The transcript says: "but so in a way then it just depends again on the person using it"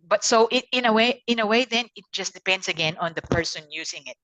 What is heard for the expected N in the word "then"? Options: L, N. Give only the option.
N